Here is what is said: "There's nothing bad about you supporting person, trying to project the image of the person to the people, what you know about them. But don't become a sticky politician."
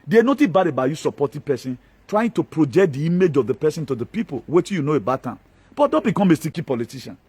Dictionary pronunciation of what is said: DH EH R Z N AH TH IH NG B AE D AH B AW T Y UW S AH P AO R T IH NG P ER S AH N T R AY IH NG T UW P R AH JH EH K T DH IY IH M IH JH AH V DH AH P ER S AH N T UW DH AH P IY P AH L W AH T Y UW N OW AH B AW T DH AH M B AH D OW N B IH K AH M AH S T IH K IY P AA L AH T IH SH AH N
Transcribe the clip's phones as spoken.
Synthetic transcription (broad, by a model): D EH N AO T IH B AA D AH B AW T Y UW S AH P AO T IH P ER S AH N T R AY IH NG T UW P R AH JH EH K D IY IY M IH JH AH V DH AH P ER S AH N T UW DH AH P IY P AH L W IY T Y UW N OW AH B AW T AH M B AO D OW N B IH K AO M AH S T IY K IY P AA L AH T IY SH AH N